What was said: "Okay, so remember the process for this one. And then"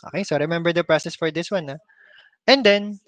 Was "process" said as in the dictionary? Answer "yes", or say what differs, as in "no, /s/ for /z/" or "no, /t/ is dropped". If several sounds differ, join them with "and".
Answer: yes